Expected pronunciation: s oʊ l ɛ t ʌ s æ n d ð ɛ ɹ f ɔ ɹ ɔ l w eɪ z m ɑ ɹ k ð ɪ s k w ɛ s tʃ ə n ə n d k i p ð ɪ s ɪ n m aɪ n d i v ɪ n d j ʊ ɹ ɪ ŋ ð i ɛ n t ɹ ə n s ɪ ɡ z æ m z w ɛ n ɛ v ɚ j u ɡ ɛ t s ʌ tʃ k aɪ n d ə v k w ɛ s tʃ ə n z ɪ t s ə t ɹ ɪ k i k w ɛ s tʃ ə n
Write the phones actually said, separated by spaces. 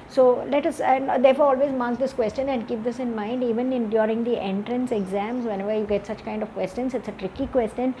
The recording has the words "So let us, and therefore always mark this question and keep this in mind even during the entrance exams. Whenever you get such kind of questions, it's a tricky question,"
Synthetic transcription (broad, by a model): s oʊ l ɛ t ʌ s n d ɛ ɹ f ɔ ɹ ɔ l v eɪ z m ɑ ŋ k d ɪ s k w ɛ s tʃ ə n ə n d k i p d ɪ s ɪ n m aɪ n d i v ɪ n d j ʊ ɹ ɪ ŋ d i ɛ n t ɹ ə n s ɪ ɡ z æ m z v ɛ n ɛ v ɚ j u ɡ ɛ t s ʌ tʃ k aɪ n d ə v k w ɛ s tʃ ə n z ɪ t s ə t ɹ ɪ k i k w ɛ s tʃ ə n